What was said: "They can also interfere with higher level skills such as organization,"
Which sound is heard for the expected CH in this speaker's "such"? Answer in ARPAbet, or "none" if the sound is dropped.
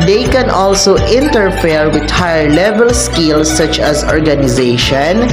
CH